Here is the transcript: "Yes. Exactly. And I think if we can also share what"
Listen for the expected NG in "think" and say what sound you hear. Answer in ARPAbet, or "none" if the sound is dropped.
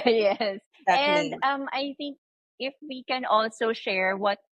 NG